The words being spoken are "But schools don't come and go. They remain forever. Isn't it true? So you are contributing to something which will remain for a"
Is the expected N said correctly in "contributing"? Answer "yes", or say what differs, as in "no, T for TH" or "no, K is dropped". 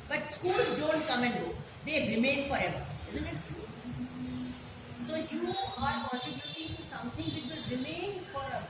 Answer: no, N is dropped